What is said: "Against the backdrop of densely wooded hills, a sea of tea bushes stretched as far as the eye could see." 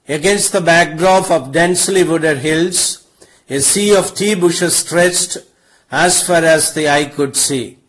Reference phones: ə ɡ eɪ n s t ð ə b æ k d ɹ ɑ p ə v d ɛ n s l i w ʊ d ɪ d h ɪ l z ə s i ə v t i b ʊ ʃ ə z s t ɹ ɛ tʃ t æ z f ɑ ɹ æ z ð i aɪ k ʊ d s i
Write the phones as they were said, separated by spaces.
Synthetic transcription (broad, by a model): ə ɡ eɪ n s t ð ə b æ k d ɹ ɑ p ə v d ɛ n s l i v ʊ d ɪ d h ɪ l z ə s i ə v t i b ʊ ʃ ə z s t ɹ ɛ tʃ t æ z f ɑ ɹ æ z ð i aɪ k ʊ d s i